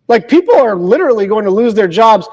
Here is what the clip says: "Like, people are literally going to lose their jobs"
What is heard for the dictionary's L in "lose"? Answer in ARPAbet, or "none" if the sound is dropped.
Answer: L